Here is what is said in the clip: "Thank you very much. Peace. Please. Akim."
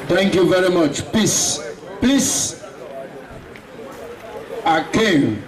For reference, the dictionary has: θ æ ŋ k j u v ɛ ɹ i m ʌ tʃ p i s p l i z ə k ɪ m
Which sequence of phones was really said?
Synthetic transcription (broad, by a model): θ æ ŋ k j u v ɛ ɹ i m ʌ tʃ p i s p i s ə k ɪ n